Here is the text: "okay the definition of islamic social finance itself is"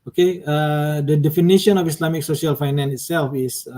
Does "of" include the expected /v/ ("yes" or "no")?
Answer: no